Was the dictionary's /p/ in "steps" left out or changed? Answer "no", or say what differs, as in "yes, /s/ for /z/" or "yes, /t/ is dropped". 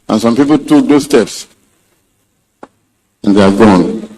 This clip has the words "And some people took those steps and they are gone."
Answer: no